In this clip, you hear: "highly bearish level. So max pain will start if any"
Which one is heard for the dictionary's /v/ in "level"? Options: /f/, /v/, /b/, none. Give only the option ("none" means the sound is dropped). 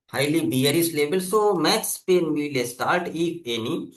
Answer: /b/